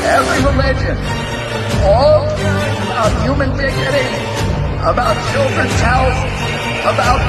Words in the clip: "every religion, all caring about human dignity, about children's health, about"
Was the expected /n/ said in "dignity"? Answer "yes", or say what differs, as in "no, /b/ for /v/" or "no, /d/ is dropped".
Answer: no, /n/ is dropped